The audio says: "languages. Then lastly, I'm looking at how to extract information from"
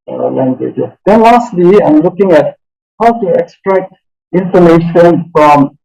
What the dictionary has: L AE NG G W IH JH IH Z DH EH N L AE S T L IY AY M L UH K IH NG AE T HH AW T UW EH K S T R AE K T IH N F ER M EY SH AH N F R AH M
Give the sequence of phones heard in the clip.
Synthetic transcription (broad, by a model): L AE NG G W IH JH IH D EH N L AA S T L IY AY M L UH K IH NG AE T HH AW T UW EH K S T R AE K T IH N F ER M EY SH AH N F R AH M